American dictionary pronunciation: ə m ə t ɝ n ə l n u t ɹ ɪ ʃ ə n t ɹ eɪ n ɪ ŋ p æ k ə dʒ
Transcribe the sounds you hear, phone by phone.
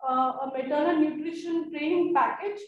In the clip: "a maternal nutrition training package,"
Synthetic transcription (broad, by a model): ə m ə t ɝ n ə l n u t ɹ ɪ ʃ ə n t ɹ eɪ ɪ ŋ p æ k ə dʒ